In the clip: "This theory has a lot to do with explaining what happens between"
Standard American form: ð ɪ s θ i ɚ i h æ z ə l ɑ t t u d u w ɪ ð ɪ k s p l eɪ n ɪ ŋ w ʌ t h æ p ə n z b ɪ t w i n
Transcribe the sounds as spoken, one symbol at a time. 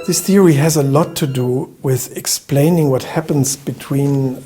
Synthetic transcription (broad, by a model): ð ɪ s θ i ɚ i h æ z ə l ɑ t t u d u w ɪ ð ɪ k s p l eɪ n ɪ ŋ w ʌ t h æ p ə n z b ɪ t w i n